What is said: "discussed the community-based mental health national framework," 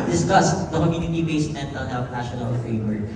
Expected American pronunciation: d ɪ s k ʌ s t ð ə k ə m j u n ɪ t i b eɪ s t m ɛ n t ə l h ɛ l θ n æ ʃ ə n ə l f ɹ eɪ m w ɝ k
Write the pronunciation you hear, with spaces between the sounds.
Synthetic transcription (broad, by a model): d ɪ s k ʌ s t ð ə k ə m j u n ɪ t i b eɪ s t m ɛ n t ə n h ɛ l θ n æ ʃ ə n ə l f ɹ eɪ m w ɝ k